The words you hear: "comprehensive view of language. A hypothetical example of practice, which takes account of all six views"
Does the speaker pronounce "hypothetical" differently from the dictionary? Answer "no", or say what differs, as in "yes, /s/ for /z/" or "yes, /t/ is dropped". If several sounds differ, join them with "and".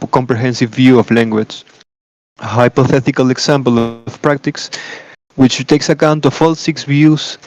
no